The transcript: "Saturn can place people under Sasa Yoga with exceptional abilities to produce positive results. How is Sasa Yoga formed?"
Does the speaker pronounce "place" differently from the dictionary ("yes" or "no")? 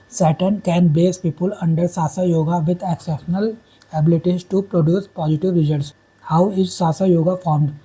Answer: yes